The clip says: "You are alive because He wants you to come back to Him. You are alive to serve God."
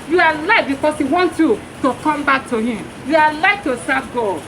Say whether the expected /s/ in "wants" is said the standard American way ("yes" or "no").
no